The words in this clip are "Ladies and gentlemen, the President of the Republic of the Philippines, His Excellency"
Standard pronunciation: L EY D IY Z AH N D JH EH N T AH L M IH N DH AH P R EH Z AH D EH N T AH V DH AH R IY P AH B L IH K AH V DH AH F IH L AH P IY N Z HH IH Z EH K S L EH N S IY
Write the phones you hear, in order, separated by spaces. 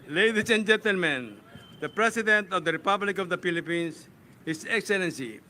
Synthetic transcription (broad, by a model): L EY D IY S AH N JH EH N T AH L M IH N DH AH P R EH S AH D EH N T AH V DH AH R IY P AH B L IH K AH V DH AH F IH L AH P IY N S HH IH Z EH K S L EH N S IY